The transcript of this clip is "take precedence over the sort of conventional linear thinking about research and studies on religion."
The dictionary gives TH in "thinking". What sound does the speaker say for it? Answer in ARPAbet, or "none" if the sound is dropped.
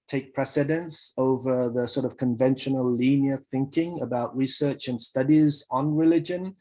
TH